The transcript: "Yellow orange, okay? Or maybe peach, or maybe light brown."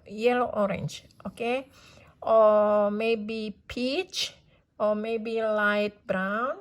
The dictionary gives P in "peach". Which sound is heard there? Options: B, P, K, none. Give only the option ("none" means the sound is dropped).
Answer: P